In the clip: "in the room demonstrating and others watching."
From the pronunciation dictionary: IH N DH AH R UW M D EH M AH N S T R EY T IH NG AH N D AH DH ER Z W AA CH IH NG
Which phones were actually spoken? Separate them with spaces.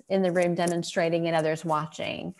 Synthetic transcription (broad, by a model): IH N DH AH R UW M D EH M AH N S T R EY T IH NG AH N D AH DH ER Z W AA CH IH NG